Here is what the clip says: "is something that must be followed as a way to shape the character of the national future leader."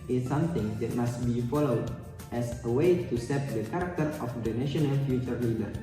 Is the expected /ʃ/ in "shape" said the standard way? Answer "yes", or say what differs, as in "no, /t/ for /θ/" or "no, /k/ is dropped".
no, /s/ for /ʃ/